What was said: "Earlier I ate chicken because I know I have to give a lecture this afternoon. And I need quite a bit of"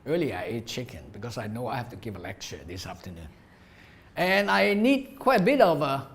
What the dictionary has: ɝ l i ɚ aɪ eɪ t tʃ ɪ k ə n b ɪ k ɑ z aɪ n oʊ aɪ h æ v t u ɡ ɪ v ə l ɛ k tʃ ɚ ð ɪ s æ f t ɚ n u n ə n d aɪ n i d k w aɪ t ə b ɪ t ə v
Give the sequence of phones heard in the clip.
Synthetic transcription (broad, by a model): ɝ l i aɪ eɪ t tʃ ɪ k ə n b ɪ k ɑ s aɪ n oʊ aɪ h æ f t u ɡ ɪ v ə l ɛ k tʃ ɚ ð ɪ s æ f t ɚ n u n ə n aɪ n i d k w aɪ t ə b ɪ t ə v